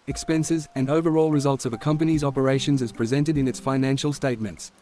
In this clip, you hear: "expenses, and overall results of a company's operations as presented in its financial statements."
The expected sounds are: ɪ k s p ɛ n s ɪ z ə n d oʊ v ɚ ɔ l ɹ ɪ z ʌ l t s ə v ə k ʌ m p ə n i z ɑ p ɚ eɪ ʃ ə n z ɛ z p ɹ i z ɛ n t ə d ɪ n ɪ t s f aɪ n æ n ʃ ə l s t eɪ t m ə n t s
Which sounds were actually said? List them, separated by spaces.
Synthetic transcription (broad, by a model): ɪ k s p ɛ n s ɪ z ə n oʊ v ɚ ɔ l ɹ ɪ z ʌ l t s ə v ə k ʌ m p ə n i z ɑ p ɚ eɪ ʃ ə n z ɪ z p ɹ i z ɛ n t ə d ɪ n ɪ t s f aɪ n æ n ʃ ə l s t eɪ t m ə n t s